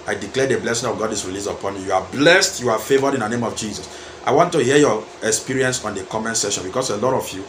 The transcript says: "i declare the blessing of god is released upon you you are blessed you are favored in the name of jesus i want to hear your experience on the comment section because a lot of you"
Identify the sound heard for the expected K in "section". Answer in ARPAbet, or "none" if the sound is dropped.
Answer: none